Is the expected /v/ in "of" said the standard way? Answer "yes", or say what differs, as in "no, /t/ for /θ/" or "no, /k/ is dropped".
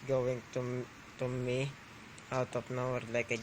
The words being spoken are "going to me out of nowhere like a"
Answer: no, /p/ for /v/